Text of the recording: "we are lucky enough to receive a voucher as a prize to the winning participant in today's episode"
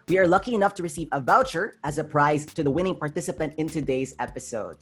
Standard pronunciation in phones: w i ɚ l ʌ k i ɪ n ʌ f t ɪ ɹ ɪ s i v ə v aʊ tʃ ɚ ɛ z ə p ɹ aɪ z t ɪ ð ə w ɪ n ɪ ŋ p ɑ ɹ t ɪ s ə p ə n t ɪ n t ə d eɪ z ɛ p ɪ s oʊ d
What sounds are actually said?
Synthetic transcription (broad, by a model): w i ɚ l ʌ k i ɪ n ʌ f t ɪ ɹ ɪ s i v ə v aʊ tʃ ɚ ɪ z ə p ɹ aɪ z t ɪ ð ə w ɪ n ɪ ŋ p ɑ ɹ t ɪ s ə p ə n t ɪ n t ə d eɪ z ɛ p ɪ s oʊ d